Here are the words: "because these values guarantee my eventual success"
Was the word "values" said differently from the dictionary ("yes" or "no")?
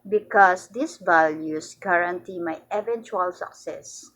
yes